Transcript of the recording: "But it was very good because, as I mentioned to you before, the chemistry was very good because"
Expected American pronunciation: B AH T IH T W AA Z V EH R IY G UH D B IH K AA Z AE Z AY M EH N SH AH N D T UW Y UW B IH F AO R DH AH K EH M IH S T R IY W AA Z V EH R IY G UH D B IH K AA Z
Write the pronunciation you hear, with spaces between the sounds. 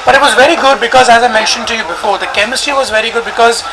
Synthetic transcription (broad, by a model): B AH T IH T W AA Z V EH R IY G UH D B IH K AA Z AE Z AY M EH N SH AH N T UW Y UW B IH F AO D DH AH K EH M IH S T IY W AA Z V EH R IY G UH D B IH K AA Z